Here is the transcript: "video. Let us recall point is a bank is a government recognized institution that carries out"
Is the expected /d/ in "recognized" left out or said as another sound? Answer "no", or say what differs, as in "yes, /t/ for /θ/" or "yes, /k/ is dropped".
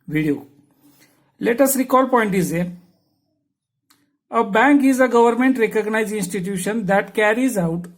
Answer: yes, /d/ is dropped